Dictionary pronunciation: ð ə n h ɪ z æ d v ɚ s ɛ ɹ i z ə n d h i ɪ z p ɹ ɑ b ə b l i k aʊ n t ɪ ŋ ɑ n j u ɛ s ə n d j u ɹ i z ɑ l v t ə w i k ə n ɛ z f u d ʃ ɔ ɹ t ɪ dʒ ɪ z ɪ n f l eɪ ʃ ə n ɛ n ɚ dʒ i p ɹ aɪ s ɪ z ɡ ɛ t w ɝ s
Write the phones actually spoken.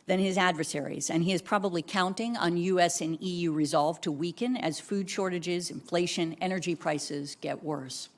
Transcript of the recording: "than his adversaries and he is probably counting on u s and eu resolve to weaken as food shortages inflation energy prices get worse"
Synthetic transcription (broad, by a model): ð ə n ɪ z æ d v ɚ s ɛ ɹ i z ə n i ɪ z p ɹ ɑ b ə b l i k aʊ n t ɪ ŋ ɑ n j u ɛ s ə n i j u ɹ i z ɑ l v t ə w i k ə n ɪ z f u d ʃ ɔ ɹ t ɪ dʒ ɪ z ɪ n f l eɪ ʃ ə n ɛ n ɚ dʒ i p ɹ aɪ s ɪ z ɡ ɛ t w ɝ s